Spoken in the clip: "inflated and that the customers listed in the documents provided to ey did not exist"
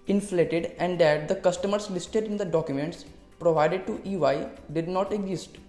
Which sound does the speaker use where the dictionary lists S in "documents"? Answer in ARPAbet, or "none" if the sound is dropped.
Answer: S